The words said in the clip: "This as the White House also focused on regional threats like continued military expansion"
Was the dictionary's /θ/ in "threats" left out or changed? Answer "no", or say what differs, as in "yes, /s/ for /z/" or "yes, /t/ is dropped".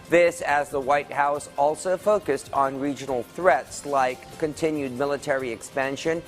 no